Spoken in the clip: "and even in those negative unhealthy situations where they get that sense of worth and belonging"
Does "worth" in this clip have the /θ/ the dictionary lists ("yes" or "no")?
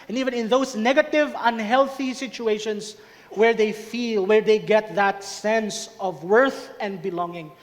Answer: yes